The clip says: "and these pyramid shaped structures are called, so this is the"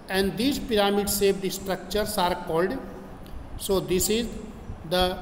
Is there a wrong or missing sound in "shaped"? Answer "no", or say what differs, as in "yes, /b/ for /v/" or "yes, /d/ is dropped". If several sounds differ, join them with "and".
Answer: yes, /s/ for /ʃ/